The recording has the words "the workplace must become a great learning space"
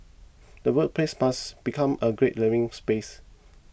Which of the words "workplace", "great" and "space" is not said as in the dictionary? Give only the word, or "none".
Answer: workplace